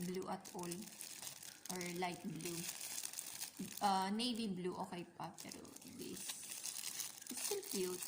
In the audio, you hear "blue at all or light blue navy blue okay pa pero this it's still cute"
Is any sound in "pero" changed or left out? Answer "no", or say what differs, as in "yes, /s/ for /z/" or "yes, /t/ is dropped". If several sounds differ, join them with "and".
no